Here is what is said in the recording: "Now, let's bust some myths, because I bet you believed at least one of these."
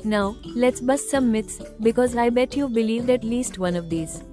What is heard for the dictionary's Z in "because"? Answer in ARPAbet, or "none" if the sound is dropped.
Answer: Z